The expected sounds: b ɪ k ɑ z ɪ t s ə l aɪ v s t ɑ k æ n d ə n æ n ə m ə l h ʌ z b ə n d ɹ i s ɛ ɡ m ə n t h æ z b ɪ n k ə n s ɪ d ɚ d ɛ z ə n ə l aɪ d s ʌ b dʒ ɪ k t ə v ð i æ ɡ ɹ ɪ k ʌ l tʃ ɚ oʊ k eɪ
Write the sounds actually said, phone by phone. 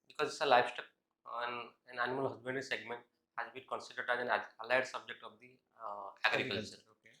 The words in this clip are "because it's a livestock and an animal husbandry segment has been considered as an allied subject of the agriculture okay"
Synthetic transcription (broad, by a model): b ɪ k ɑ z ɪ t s ə l aɪ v s t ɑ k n ə n æ n ə m ə l h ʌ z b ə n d i s ɛ ɡ m ə n t h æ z b ɪ n k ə n s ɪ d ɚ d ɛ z ə n ə l aɪ d s ʌ b dʒ ɪ k t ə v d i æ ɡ ɹ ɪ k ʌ l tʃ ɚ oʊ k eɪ